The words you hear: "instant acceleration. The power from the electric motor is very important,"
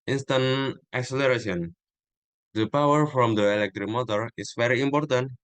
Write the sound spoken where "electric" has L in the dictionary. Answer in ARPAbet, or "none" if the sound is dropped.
L